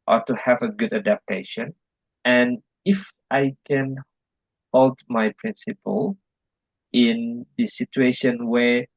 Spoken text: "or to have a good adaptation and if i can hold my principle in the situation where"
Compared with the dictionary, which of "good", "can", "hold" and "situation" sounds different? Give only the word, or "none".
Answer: none